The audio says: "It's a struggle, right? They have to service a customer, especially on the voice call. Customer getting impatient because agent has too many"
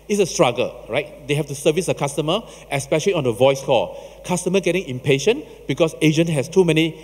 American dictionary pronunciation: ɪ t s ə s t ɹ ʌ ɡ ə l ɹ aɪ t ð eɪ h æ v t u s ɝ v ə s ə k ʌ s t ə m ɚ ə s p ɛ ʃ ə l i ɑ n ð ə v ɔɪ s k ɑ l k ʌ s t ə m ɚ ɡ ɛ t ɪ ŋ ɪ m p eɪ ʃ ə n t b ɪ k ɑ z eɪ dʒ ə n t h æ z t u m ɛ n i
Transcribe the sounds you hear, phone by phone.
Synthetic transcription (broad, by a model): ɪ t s ə s t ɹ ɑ ɡ ə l ɹ aɪ t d eɪ h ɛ f t u s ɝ v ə s ə k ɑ s t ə m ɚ ə s p ɛ ʃ ə l i ɑ n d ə v ɔɪ s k ɑ k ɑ s t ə m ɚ ɡ ɛ t ɪ ŋ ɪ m p eɪ ʃ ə n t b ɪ k ɑ s eɪ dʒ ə n h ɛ s t u m ɛ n i